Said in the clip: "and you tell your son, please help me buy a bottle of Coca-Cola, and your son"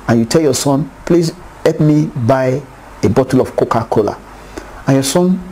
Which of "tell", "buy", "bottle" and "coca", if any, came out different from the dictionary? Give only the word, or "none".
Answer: none